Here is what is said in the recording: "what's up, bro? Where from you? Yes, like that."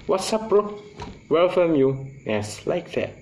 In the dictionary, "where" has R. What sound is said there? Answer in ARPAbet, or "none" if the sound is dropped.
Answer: L